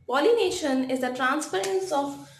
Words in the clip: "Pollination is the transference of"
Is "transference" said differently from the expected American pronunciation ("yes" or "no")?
yes